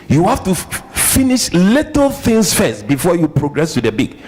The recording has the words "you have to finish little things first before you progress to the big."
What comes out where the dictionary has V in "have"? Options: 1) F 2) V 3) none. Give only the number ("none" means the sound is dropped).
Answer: 1